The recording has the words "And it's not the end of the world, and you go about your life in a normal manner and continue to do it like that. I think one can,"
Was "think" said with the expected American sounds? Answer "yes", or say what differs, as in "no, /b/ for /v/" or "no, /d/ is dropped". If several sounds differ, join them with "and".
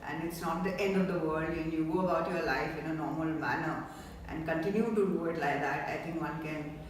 no, /t/ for /θ/